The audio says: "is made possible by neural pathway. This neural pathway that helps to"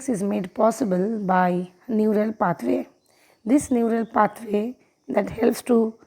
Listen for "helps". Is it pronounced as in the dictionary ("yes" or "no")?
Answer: yes